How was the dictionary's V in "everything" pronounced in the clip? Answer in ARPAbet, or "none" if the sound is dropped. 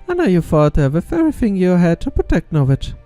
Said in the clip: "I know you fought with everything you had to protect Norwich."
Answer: none